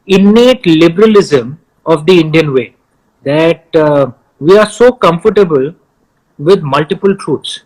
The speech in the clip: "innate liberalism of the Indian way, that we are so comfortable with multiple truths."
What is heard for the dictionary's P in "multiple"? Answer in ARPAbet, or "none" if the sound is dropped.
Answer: P